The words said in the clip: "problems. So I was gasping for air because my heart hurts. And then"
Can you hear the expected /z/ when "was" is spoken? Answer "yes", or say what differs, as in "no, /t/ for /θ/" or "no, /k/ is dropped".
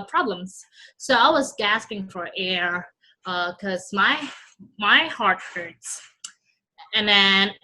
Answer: yes